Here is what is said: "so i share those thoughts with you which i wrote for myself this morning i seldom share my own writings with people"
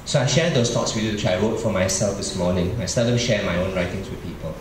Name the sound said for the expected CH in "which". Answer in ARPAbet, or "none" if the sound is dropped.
none